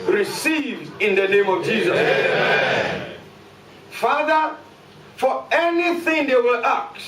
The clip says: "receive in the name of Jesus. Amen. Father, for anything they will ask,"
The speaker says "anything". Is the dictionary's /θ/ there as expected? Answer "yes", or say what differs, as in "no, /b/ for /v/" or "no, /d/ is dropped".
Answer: yes